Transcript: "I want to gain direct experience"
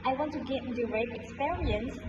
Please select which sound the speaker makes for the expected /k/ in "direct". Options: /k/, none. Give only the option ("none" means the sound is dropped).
none